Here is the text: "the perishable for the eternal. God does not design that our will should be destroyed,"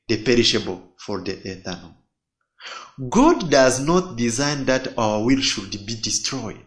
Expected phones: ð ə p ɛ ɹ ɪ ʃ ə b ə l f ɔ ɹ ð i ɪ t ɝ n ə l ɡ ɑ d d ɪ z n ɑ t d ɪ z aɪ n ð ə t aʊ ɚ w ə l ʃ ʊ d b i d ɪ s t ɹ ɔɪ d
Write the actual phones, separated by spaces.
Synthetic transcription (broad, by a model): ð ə p ɛ ɹ ɪ ʃ ə b ə l f ɔ ɹ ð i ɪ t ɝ n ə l ɡ ɑ d d ɪ z n ɑ t d ɪ z aɪ n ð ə t aʊ ɚ w ə l ʃ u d b i d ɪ s t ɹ ɔɪ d